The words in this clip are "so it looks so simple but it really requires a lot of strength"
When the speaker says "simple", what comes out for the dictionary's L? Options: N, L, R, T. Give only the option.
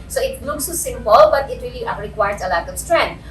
L